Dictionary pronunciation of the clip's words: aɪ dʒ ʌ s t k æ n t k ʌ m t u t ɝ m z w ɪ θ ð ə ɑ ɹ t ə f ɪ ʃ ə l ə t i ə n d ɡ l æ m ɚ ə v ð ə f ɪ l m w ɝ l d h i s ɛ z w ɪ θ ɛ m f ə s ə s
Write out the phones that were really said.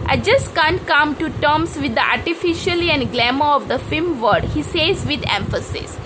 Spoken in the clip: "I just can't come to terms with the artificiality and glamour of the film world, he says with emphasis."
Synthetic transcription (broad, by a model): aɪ dʒ ʌ s t k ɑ n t k ʌ m t u t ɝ m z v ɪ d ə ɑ ɹ t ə f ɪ ʃ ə l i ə n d ɡ l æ m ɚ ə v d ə f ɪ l m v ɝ d h i s ɛ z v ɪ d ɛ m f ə s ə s